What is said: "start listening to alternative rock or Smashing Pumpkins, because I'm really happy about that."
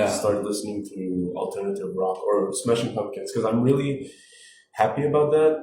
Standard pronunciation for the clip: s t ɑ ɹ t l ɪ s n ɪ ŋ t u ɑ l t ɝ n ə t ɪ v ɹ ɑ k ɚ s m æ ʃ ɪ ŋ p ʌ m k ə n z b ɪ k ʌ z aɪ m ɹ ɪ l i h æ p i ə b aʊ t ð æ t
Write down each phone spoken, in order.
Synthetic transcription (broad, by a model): s t ɑ ɹ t l ɪ s n ɪ ŋ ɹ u ɑ l t ɝ n ə t ɪ v ɹ ɑ k ɚ s m æ ʃ ɪ ŋ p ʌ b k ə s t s k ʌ z aɪ m ɹ ɪ l i h æ p i ə b aʊ t ð æ t